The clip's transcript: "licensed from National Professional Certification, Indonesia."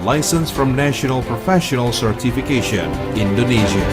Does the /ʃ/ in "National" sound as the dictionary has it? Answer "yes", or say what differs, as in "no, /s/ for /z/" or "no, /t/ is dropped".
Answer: yes